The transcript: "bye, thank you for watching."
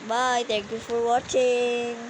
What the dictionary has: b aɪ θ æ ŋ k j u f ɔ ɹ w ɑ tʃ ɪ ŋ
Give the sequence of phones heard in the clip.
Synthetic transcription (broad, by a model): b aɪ t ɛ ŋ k j u f ɔ ɹ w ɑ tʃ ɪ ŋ